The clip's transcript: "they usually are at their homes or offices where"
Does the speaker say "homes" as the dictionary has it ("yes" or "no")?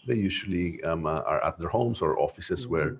no